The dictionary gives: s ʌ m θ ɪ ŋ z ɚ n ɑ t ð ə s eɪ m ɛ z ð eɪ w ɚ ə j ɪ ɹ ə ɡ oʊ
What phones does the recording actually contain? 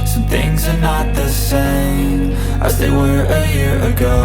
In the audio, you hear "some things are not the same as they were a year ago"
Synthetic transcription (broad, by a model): s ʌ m θ ɪ ŋ z ɚ n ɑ t ð ə s eɪ m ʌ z ð eɪ w ɚ ə j ɪ ɹ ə ɡ oʊ